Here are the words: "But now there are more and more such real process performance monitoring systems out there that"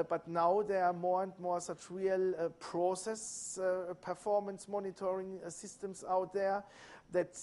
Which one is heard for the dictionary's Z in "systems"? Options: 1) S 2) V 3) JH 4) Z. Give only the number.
1